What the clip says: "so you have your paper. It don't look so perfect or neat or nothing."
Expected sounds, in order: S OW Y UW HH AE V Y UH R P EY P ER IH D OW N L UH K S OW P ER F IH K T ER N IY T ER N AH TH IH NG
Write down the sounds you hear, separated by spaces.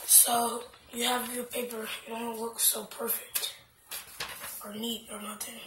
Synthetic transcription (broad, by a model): S OW Y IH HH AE V Y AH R P EY P ER IH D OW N W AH K S OW P ER F IH K T ER N IY T ER N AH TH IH NG